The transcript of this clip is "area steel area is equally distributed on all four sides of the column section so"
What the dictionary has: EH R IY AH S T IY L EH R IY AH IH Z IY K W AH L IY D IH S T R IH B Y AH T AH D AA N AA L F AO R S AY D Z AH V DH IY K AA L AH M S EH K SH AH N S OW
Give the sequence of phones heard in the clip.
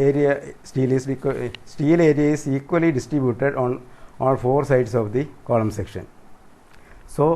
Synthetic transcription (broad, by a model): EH R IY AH S T IY L EH R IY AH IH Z IY K W AH L IY D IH S T R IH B Y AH T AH D AA N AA N F AO R S AY D S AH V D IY K AA L AH M S EH K SH AH N S OW